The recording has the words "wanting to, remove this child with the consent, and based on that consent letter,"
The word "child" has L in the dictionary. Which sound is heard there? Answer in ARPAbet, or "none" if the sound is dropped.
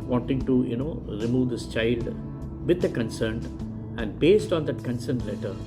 L